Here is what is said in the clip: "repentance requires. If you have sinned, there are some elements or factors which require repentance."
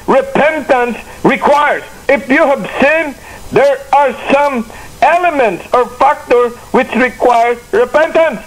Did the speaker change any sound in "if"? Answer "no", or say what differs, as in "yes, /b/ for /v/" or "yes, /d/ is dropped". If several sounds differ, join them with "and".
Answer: no